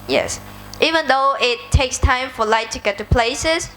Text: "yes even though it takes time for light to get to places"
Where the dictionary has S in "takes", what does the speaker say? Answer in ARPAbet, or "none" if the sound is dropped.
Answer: S